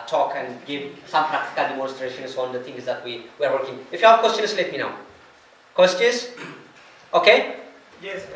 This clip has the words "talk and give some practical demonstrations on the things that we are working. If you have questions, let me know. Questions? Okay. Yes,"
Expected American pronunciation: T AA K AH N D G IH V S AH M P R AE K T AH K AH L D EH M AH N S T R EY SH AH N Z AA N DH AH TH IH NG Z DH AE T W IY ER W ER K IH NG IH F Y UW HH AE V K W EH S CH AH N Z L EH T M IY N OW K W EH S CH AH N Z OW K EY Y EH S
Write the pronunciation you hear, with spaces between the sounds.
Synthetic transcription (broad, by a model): T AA K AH N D G IH V S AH M P R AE K T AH K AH L D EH M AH N S T R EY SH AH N S AA N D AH T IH NG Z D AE T W IY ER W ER K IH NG IH F Y UW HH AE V K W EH S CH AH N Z L EH T M IY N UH K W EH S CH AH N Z OW K EY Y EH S